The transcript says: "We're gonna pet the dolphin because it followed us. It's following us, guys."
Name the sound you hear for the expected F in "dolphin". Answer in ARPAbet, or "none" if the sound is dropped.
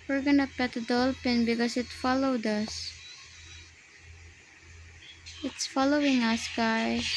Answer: P